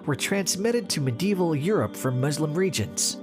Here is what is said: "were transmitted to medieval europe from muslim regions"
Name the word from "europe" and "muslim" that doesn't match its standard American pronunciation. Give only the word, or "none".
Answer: none